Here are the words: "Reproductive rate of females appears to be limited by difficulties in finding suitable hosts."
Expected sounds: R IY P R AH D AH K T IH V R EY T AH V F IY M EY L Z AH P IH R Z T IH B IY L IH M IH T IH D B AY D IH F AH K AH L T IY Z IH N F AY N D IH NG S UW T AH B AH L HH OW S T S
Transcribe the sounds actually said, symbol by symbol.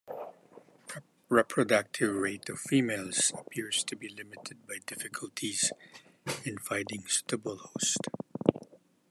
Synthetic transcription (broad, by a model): R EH P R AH D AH K T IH V R EY T AH V F IY M EY L Z AH P IH R Z T IH B IY L IH M IH T IH D B AY D IH F AH K AH L T IY Z IH N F AY D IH NG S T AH B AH L HH OW S T